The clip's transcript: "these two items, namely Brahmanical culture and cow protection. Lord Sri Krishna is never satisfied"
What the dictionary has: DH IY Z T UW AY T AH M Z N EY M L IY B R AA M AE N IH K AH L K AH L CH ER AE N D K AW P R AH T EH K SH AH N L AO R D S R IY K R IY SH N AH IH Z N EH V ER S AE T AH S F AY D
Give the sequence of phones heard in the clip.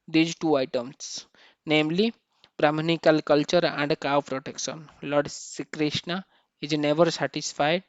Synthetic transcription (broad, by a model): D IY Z T UW AY T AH M S N EY M L IY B R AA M N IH K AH L K AH L CH ER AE N D K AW P R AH T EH K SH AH N L AO R D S IY K R IY SH N AH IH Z N EH V ER S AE T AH S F AY D